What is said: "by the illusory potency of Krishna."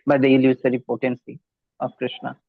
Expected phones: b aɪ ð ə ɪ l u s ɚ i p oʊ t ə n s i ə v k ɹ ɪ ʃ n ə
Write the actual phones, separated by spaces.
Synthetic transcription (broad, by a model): b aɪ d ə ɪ l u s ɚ i p oʊ t ə n s i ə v k ɹ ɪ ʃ n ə